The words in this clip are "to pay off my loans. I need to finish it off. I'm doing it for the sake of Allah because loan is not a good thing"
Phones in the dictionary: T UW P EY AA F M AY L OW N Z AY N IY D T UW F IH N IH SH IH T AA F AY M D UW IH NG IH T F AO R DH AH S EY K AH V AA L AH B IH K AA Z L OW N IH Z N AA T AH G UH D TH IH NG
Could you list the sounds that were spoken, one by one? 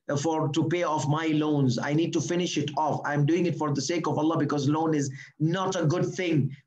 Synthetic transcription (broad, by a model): T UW P EY AA F M AY L OW N Z AY N IY D T UW F IH N IH SH IH T AA F AY M D UW IH NG IH T F AO R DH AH S EY K AH V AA L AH B IH K AA Z L OW N IH Z N AA T AH G UH D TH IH NG